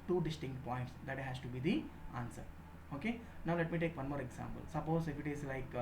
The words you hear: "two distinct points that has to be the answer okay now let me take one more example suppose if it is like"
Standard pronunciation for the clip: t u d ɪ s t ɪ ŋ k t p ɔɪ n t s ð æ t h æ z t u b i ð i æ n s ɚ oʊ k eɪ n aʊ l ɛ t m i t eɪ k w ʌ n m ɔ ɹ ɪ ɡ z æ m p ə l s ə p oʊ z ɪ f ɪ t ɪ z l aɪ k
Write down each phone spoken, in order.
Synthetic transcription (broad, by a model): t u d ɪ s t ɪ ŋ k t p ɔɪ n t s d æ t h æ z t u b i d i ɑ n s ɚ oʊ k eɪ n aʊ l ɛ t m i t eɪ k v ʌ n m ɔ ɹ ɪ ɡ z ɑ m p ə l s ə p oʊ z ɪ f ɪ t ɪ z l aɪ k